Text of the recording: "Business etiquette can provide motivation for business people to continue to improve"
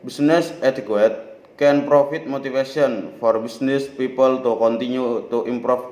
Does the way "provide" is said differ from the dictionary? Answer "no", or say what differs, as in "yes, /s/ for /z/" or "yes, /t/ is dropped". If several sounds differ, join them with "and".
yes, /f/ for /v/